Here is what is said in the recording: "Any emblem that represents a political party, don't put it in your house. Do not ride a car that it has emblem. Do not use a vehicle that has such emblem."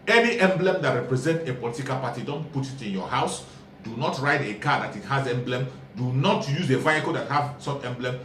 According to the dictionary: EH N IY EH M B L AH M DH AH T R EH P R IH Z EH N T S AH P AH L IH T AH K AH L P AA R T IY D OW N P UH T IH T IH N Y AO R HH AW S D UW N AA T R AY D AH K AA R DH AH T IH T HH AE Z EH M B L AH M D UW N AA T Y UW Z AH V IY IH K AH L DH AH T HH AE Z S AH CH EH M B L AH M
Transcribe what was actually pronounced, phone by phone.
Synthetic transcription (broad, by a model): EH N IY EH M B L AH M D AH T R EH P R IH Z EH N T AH P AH L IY T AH K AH L P AA T IY D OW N P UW T IH T IH N Y AO HH AW S D UW N AA T R AY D AH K AA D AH T IH T HH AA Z EH M B L AH M D UW N AA T Y UW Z AH V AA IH K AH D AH T HH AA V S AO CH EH M B L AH M